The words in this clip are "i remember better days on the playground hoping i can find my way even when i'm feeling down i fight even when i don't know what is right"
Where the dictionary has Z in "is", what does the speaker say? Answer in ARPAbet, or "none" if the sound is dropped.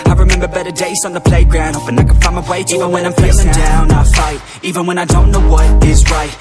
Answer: Z